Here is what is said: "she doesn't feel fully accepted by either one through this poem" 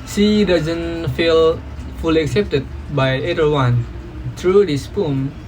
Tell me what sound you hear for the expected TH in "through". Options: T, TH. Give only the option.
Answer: T